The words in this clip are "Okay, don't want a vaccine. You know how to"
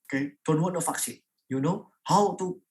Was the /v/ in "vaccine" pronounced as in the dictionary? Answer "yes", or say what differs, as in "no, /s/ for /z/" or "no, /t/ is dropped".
no, /f/ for /v/